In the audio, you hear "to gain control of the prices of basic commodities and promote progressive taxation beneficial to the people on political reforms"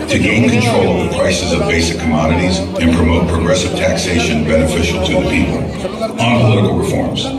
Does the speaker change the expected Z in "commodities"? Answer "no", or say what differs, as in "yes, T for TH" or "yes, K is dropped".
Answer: no